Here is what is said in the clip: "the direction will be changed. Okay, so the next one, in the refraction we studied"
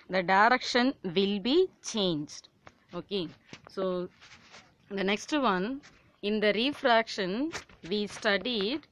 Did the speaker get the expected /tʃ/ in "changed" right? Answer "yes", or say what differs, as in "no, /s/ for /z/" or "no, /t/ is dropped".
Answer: yes